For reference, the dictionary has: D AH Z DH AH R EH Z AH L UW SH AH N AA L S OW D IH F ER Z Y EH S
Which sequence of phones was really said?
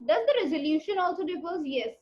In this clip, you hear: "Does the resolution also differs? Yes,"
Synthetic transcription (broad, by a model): D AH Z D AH R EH Z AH L UW SH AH N AA L S OW D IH P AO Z Y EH S